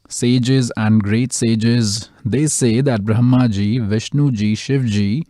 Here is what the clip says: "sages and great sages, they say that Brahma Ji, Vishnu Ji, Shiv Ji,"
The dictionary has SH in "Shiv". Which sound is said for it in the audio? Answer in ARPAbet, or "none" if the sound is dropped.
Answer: SH